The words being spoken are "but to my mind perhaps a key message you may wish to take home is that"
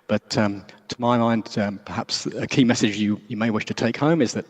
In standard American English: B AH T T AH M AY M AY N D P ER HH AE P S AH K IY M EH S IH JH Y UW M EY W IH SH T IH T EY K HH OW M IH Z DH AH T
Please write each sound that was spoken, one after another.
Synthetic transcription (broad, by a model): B AH T T AH M AY M AY N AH P ER HH AE P S AH K IY M EH S IH JH Y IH M EY W IH SH T IH T EY K HH OW M IH Z DH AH T